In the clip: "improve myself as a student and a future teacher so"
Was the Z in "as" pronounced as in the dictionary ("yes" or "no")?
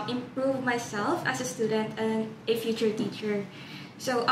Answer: no